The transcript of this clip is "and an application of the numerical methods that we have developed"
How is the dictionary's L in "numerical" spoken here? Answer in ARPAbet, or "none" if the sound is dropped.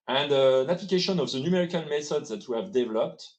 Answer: N